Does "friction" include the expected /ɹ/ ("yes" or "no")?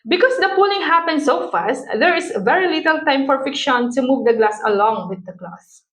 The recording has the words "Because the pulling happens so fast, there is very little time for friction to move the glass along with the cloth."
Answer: no